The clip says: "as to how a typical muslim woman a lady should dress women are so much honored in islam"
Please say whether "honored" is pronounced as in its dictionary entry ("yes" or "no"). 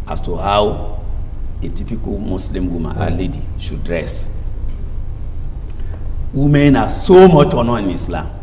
no